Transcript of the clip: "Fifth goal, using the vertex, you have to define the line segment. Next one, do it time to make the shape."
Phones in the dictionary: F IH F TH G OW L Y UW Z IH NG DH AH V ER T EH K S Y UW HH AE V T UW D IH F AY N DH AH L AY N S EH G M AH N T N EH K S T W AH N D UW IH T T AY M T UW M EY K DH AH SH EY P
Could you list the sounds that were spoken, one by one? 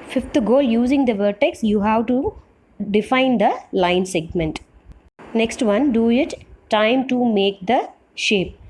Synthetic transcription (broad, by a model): F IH F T G OW L Y UW Z IH NG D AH V ER T EH K S Y UW HH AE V T UW D IH F AY N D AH L AY N S EH G M AH N T N EH K S T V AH N D UW IH T T AY M T UW M EY K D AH SH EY P